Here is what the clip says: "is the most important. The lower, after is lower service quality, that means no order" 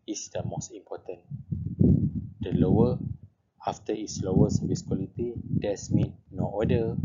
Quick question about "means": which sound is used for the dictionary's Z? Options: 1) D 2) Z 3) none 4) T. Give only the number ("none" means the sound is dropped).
3